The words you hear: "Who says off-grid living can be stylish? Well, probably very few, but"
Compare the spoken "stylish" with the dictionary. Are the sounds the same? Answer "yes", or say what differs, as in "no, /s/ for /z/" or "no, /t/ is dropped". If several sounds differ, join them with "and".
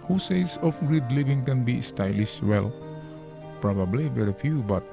no, /s/ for /ʃ/